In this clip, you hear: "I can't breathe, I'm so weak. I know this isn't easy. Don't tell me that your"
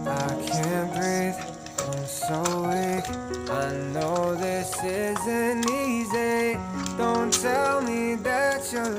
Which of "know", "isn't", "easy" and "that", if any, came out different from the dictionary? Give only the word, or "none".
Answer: none